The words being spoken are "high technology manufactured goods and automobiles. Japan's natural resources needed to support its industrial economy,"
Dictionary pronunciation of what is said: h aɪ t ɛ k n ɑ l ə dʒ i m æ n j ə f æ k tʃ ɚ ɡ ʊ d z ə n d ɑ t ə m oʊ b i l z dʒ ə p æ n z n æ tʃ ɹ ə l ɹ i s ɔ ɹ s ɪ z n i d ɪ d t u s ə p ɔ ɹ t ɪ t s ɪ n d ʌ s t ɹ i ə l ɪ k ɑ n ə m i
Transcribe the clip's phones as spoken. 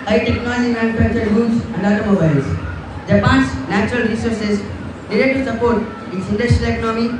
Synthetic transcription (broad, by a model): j t ɛ k n ɑ l ə dʒ i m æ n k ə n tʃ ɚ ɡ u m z ə n d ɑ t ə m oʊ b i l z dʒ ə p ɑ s n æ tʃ ɹ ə l ɹ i s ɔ ɹ s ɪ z l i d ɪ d t u s ə p ɔ ɹ t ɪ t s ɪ n d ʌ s t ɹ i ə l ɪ k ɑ n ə m i